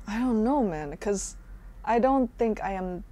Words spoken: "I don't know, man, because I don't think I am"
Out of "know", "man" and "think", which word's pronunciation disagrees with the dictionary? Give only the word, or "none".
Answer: none